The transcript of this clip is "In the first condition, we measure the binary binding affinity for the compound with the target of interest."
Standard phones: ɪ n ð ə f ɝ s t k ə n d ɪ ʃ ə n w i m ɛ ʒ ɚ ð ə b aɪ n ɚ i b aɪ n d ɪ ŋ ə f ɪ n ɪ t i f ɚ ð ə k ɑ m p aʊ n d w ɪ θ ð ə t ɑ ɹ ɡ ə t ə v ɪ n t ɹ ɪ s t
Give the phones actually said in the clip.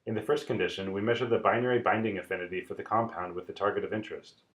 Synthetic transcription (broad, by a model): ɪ n ð ə f ɝ s t k ə n d ɪ ʃ ə n w i m ɛ ʒ ɚ ð ə b aɪ n ɚ i b aɪ n d ɪ ŋ ə f ɪ n ɪ t i f ɚ ð ə k ɑ m p aʊ n d w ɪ ð ə t ɑ ɹ ɡ ə t ə v ɪ n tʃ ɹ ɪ s t